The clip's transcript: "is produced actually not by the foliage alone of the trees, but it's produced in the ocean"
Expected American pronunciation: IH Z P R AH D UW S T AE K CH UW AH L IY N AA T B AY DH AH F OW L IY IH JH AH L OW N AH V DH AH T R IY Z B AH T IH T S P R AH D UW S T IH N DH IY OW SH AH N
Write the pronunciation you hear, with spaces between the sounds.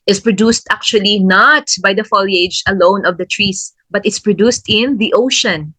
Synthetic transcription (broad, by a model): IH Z P R AH D UW S T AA K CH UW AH L IY N AA T B AY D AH F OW L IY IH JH AH L OW N AH V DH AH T R IY S B AH T IH T S P R AH D UW S T IH N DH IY OW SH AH N